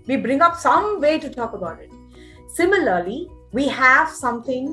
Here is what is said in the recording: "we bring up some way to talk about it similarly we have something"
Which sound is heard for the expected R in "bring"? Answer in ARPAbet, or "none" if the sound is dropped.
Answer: R